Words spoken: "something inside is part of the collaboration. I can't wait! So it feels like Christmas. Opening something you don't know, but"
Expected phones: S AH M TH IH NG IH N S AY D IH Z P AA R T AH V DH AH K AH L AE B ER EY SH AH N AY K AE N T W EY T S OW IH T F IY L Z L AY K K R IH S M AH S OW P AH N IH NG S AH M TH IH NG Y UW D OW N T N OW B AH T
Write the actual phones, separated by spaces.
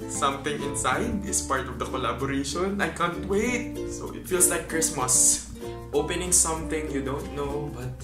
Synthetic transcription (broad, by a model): S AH M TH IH NG IH N S AY D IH S P AA R T AH V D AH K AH L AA B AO EY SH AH N AY K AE N T W EY T S OW IH T F IY L S L AY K K R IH S M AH S OW P AH N IH NG S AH M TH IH NG Y UW D OW N T N OW B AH T